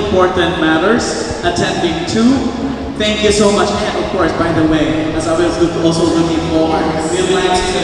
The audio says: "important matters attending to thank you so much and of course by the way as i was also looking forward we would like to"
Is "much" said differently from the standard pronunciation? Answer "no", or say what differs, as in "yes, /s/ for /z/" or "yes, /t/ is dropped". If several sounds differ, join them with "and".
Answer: no